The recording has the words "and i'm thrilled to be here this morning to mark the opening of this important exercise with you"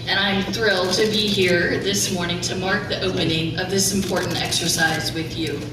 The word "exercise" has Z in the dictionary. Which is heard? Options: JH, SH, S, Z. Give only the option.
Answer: Z